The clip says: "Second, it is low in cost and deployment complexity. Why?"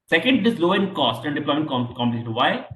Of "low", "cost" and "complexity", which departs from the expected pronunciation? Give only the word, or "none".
complexity